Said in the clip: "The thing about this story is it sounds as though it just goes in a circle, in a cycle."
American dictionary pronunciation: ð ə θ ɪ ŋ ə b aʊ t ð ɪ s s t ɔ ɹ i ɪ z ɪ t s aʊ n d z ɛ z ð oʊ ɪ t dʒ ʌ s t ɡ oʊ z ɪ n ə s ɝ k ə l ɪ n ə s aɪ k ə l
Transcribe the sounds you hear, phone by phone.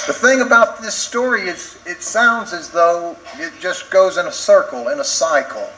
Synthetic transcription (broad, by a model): ð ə θ ɪ ŋ ə b aʊ t ð ɪ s s t ɔ ɹ i ɪ z ɪ t s aʊ n d z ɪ z ð oʊ ɪ t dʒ ʌ s ɡ oʊ z ɪ n ə s ɝ k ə l ɪ n ə s aɪ k l